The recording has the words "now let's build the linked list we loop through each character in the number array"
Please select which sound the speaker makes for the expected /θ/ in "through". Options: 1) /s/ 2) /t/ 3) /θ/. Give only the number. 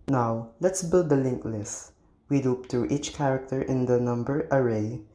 2